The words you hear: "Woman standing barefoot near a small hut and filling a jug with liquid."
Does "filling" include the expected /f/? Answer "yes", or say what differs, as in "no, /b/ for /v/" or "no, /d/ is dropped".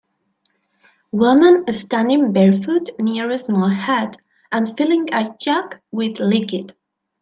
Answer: yes